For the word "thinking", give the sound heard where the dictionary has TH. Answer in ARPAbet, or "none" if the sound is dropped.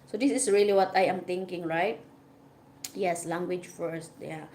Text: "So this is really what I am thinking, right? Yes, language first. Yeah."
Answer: T